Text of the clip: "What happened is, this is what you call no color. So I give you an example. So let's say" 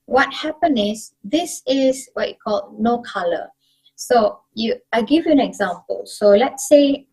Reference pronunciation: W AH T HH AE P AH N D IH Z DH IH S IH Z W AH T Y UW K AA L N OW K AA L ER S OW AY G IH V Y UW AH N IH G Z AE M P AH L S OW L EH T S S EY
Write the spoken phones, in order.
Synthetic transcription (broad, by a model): W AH T HH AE P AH N IH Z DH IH S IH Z W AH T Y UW K AA L N OW K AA L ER S OW AY G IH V Y UW AH N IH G Z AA M P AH L S OW L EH T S S EY